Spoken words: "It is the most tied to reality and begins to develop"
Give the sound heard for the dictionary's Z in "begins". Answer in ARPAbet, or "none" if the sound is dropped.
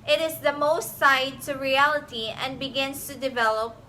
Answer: S